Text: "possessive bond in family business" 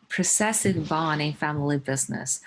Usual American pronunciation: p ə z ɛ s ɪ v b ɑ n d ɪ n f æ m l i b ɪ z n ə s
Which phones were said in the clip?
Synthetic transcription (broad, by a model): p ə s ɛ s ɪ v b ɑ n ɪ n f æ m l i b ɪ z n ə s